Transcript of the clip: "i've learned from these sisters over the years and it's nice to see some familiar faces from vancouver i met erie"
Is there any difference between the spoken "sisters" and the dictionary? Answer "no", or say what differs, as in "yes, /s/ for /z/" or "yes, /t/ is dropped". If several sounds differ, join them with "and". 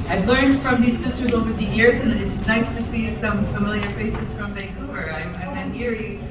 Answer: no